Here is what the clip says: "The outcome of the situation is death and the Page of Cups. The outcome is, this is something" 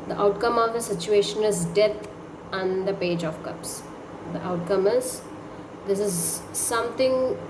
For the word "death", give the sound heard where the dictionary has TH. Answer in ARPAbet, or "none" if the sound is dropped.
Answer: T